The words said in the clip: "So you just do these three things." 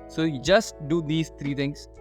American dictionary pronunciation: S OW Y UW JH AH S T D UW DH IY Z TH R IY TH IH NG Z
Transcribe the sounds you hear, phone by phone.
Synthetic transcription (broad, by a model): S OW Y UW JH AH S T D UW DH IY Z T R IY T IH NG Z